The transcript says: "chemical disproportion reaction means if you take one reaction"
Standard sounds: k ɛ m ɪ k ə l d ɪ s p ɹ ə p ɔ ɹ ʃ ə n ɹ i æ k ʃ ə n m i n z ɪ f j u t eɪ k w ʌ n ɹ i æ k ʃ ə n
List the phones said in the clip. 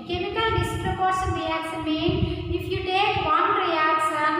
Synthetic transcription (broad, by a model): k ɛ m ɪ k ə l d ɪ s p ɹ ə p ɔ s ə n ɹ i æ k s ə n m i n ɪ f j u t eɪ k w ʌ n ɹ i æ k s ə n